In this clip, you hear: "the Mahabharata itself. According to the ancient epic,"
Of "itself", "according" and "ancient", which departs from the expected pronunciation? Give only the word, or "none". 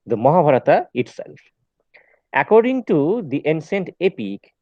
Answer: ancient